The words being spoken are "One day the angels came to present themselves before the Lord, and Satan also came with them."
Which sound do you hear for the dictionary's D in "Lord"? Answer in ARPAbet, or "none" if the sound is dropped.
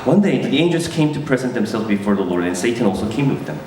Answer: D